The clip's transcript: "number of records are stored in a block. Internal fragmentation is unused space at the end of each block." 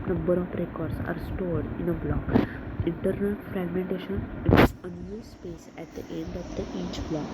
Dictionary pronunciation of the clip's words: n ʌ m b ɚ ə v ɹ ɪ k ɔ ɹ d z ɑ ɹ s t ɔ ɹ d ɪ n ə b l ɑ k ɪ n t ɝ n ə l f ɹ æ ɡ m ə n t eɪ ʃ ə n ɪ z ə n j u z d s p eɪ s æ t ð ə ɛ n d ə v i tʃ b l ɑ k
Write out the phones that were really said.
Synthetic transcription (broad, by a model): n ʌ m b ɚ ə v ɹ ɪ k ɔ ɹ d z ɑ ɹ s t ɔ ɹ d ɪ n ə b l ɑ k ɪ n t ɝ n ə l f ɹ æ ɡ m ə n t eɪ ʃ ə n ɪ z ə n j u s p eɪ s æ t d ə ɛ n d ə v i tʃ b l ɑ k